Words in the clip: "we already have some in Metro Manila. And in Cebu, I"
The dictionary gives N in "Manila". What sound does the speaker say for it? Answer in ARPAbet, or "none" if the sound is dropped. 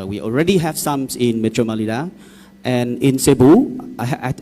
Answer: L